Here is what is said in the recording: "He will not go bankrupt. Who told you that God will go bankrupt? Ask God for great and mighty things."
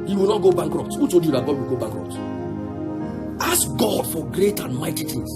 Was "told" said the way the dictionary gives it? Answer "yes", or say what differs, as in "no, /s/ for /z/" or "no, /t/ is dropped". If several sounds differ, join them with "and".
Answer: no, /l/ is dropped